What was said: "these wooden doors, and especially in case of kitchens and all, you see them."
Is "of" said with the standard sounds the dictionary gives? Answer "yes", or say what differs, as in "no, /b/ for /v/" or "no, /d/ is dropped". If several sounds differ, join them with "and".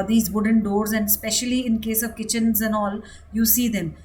yes